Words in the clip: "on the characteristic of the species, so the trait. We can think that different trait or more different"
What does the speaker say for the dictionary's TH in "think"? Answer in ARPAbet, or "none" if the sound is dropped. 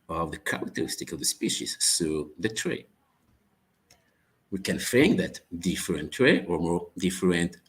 F